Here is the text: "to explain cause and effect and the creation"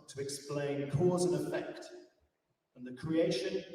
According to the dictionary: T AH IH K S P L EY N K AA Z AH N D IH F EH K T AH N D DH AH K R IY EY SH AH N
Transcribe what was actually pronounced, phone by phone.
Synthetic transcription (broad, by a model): T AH IH K S P L EY N K AA Z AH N IH F EH K T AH N DH AH K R IY EY SH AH N